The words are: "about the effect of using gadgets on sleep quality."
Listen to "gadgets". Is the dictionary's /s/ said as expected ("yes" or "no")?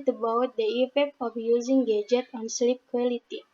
no